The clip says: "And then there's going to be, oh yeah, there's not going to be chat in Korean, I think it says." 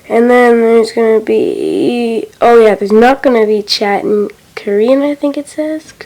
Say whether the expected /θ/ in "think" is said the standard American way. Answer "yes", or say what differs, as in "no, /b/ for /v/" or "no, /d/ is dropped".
yes